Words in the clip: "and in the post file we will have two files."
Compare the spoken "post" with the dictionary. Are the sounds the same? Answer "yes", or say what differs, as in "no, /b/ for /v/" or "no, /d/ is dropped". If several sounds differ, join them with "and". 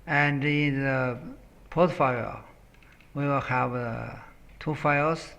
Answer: no, /s/ is dropped